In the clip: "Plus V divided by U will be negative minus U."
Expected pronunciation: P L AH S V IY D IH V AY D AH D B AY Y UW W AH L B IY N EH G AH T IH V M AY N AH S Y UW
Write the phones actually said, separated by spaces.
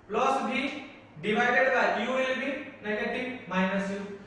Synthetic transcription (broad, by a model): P L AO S B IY D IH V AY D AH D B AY Y UW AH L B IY N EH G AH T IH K M AY N AH S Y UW